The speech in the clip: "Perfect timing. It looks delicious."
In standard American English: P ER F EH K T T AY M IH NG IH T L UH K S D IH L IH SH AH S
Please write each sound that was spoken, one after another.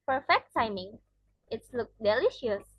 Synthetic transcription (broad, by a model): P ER F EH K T T AY M IH NG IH T L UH K D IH L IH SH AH S